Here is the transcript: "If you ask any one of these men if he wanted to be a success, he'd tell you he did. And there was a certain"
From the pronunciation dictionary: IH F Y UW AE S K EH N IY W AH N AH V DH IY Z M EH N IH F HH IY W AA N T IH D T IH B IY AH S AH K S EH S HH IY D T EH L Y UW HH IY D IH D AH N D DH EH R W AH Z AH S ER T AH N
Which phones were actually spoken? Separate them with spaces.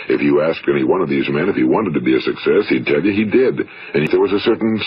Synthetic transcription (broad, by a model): IH F Y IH AE S K EH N IY W AH N AH V DH IY Z M EH N IH F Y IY W AA N T IH D T IH B IY AH S AH K S EH S HH IY D T EH L Y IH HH IY D IH D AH N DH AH R W AH Z AH S ER T N